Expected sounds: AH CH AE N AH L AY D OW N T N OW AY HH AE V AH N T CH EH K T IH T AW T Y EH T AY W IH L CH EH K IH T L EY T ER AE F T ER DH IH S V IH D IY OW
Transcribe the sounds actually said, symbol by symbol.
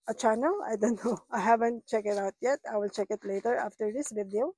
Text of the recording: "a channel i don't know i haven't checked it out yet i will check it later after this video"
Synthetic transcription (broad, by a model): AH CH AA N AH AY D OW N T N OW AY HH AE V AH N T CH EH K IH T AW T Y EH T AY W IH L CH EH K IH T L EY T ER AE F T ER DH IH S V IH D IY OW